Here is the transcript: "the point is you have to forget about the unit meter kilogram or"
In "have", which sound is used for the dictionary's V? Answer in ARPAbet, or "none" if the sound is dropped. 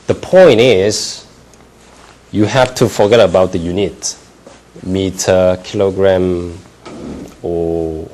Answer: F